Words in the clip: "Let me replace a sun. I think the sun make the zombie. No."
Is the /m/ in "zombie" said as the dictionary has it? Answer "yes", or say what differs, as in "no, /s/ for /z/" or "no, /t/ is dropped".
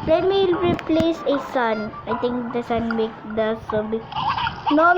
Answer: no, /m/ is dropped